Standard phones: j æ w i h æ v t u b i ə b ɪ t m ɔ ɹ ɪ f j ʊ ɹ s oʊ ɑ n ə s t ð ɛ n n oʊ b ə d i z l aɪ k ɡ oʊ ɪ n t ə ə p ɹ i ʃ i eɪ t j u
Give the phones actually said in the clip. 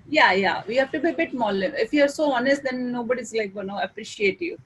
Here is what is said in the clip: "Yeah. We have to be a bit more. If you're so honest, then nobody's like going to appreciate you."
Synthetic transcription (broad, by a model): j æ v i h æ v t u b i ə b ɪ t m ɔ l ɪ f j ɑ ɹ s oʊ ɑ n ə s t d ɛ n n oʊ b ə d i z l aɪ k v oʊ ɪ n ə ə p ɹ i ʃ i eɪ t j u